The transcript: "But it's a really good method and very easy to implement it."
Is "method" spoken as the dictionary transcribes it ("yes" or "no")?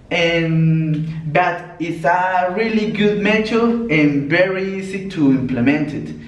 no